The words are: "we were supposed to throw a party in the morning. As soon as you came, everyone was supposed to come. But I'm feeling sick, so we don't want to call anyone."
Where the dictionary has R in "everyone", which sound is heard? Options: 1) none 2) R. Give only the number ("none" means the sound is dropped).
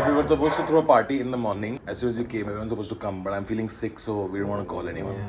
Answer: 1